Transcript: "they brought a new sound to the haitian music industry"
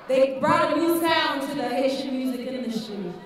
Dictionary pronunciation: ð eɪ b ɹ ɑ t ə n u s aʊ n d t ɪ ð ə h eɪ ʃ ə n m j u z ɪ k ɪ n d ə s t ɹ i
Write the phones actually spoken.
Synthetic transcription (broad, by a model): ð eɪ b ɹ ɑ t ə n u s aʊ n t ɪ ð ə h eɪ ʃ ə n m j u z ɪ k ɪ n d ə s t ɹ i